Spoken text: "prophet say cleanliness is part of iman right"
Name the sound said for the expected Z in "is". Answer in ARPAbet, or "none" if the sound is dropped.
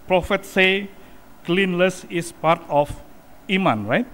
S